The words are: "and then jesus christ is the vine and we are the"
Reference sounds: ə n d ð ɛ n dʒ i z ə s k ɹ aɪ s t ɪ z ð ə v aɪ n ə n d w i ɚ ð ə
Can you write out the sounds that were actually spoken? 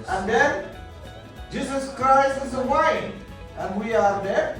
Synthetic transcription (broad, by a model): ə n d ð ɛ n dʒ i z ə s k ɹ aɪ s t ɪ z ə w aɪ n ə n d w i ɚ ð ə